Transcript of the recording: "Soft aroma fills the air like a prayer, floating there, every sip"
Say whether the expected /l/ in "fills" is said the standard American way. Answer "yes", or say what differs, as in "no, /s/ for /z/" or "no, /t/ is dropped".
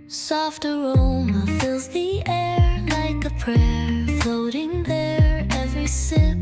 yes